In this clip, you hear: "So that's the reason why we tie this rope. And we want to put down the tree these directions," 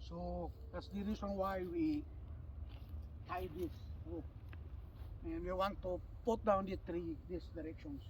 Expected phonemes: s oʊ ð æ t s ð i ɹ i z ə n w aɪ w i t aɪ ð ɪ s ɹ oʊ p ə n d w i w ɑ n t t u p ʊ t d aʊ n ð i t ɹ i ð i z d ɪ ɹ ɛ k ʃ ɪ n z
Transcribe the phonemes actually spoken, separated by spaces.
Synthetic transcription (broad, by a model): s oʊ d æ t s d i ɹ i s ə n w aɪ w i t aɪ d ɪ s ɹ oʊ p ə n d w i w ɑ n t t u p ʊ t d aʊ n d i t ɹ i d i s d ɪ ɹ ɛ k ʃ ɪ n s